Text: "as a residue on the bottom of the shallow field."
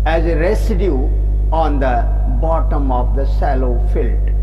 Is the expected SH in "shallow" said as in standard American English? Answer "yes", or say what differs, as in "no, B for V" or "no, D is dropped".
no, S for SH